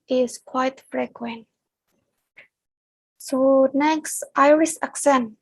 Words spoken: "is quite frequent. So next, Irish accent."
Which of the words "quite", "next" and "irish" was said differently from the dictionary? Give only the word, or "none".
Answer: irish